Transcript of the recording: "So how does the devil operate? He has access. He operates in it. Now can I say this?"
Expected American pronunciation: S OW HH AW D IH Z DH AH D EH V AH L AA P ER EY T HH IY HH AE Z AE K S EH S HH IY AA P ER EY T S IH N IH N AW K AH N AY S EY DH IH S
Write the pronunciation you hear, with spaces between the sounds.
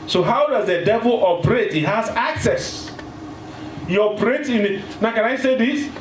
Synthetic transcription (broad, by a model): S OW HH AW D IH Z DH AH D EH V AH L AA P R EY T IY HH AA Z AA K S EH S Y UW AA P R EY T IH N IH N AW K AH N AY S EY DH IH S